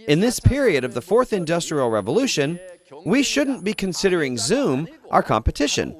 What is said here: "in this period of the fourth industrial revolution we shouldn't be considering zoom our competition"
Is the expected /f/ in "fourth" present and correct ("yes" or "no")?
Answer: yes